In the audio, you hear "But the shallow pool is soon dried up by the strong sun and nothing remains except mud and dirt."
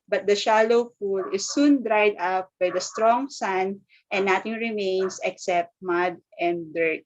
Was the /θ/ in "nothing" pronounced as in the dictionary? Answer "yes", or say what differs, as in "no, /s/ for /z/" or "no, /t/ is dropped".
no, /t/ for /θ/